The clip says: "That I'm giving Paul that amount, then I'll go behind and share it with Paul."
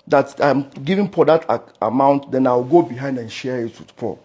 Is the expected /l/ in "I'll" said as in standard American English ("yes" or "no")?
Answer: no